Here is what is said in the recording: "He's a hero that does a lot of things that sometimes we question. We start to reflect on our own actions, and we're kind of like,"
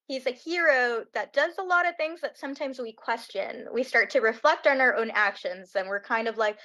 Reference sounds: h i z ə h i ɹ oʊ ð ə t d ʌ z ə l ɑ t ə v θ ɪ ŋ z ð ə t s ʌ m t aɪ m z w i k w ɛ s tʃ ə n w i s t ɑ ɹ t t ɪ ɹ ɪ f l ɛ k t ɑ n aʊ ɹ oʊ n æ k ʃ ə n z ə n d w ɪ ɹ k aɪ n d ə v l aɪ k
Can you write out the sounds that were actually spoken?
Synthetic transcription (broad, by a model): h i z ə h i ɹ oʊ ð ə t d ʌ z ə l ɑ t ə v θ ɪ ŋ z ð ə t s ʌ m t aɪ m z w i k w ɛ s tʃ ə n w i s t ɑ ɹ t t ɪ ɹ ɪ f l ɛ k t n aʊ ɹ oʊ n æ k ʃ ə n z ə n w ɪ ɹ k aɪ n d ə v l aɪ k